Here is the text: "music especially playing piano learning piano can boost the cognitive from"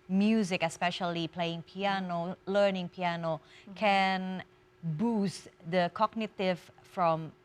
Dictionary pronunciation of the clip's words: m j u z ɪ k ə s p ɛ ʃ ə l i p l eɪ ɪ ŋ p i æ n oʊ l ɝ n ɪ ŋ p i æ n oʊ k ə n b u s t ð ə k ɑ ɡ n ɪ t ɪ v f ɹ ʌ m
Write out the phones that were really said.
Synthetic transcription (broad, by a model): m j u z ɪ k ə s p ɛ ʃ ə l i p l eɪ ɪ ŋ p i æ n oʊ l ɝ n ɪ ŋ p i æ n oʊ k ə n b u s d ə k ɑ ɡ n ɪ t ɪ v f ɹ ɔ m